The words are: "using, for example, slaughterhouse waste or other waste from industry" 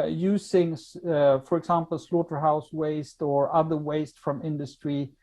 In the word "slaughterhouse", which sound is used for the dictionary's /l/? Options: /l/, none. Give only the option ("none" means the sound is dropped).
/l/